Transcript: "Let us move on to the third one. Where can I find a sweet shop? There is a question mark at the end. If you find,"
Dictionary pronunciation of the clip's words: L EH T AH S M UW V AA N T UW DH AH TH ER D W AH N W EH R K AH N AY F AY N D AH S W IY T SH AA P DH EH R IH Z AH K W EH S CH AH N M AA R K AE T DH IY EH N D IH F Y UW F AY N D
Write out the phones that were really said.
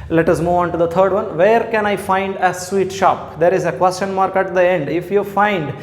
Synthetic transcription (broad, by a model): L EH T AH S M UW V AA N T UW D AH T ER D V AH N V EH R K AH N AY F AY N D AH S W IY T SH AA P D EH R IH Z AH K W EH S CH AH N M AA R K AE T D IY EH N D IH F Y UW F AY N D